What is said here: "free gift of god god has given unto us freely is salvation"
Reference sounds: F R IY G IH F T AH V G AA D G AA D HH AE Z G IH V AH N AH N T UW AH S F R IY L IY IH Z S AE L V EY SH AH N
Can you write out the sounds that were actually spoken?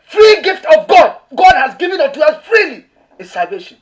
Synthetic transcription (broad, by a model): F R IY G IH F T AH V G AA D G AA D HH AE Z G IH V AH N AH T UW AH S F R IY L IY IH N S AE L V EY SH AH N